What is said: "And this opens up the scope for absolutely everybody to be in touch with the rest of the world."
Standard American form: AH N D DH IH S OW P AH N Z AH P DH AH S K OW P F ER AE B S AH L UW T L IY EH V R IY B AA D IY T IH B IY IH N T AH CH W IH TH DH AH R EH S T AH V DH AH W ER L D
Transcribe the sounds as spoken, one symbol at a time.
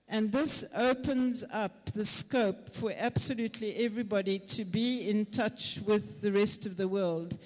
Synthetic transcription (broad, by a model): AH N DH IH S OW P AH N Z AH P DH AH S K OW P F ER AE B S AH L UW T L IY EH V R IY B AA D IY T IH B IY IH N T AH CH W IH DH AH R EH S T AH V DH AH W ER L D